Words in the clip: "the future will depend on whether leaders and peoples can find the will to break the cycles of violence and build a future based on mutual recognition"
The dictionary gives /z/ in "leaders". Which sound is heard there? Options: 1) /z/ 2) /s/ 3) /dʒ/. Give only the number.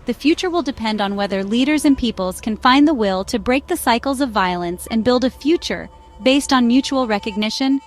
1